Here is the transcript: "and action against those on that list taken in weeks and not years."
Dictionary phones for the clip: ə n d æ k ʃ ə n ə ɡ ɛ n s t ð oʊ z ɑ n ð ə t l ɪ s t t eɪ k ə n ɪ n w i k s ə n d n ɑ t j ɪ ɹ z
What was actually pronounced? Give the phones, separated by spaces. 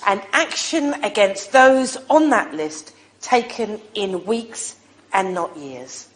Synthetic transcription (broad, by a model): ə n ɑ k ʃ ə n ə ɡ ɛ n s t ð oʊ z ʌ n ð ə t l ɪ s t t eɪ k ə n ɪ n w i k s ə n n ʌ t j ɪ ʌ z